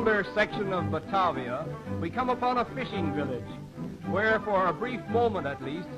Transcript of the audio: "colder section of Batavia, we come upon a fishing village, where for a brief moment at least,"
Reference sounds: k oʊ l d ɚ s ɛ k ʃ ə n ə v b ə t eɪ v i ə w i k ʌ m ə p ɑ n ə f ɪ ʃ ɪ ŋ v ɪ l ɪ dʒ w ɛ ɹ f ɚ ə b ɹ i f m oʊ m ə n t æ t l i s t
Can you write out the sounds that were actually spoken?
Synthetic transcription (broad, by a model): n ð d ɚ s ɛ k ʃ ə n ə v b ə t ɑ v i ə w i k ʌ m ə p ɑ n ə f ɪ ʃ ɪ ŋ v ɪ l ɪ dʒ w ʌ ɹ f ɚ ə b ɹ i f m oʊ m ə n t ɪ t l i s t